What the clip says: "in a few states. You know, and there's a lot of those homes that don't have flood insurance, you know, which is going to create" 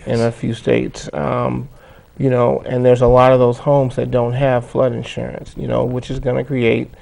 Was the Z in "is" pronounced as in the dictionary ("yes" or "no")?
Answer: yes